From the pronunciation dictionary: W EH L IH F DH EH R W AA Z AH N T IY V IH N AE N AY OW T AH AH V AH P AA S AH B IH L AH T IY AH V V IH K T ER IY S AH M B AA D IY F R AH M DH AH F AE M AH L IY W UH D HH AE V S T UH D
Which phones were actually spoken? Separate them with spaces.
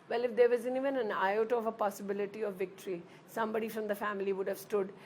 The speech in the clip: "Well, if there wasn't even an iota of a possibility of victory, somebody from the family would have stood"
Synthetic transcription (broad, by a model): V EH L IH F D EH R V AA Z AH N IY V IH N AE N AY OW T AH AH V AH P AA S AH B IH L AH T IY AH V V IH K T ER IY S AH M B AA D IY F R AH M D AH F AE M AH L IY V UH D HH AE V S T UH D